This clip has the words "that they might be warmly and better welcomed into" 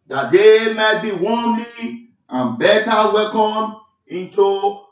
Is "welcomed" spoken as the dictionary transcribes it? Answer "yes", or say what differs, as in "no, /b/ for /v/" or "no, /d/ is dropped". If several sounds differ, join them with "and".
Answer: no, /d/ is dropped